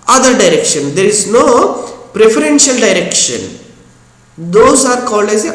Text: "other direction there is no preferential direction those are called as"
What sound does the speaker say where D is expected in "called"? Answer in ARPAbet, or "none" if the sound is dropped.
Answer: none